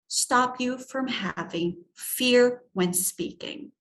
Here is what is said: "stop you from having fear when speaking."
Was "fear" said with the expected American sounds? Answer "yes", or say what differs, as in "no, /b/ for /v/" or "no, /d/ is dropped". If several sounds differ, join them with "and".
yes